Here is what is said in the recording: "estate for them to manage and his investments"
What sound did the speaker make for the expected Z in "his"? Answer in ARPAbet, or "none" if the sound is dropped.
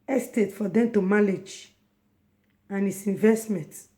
S